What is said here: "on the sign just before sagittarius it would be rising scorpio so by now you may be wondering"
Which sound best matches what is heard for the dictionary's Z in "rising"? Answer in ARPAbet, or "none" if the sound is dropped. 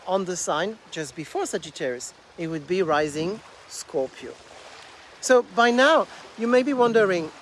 Z